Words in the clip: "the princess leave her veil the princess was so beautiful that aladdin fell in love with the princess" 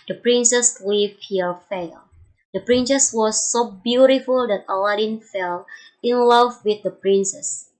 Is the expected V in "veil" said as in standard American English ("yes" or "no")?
no